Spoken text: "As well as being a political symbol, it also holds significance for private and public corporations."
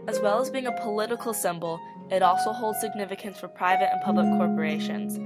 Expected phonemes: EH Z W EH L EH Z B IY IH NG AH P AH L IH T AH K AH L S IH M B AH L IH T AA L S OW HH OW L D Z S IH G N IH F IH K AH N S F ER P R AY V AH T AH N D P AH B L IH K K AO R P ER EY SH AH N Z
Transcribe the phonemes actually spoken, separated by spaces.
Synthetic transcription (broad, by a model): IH Z W EH L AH Z B IY IH NG AH P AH L IH T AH K L S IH M B L IH T AA L S OW HH OW L D Z S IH G N IH F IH K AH N S F ER P R AY V AH T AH N P AH B L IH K K AO R P ER EY SH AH N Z